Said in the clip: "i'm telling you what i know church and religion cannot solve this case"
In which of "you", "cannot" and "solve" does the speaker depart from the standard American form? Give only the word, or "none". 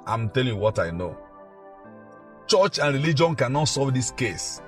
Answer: solve